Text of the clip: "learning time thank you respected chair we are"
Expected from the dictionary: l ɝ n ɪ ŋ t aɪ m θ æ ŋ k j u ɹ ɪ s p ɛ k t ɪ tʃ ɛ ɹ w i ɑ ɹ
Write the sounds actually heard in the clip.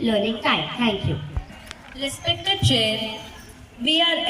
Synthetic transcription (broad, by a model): l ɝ n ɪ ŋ t aɪ m t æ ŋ k j u l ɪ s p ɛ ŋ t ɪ tʃ ɛ ɹ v i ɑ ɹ